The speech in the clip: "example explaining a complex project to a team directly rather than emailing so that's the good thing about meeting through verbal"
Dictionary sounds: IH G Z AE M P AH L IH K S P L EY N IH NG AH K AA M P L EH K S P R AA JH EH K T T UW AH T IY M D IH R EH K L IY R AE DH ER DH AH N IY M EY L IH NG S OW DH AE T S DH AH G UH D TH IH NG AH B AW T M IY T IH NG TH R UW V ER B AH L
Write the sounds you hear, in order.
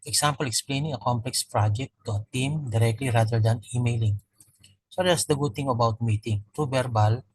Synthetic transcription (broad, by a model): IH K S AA M P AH L IH K S P L EY N IH NG AH K AA M P L EH K S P R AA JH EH T T UW AH T IY M D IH R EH K L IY R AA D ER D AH N IY M EY L IH NG S OW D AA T S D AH G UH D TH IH NG AH B AW T M IY T IH NG T R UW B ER B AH L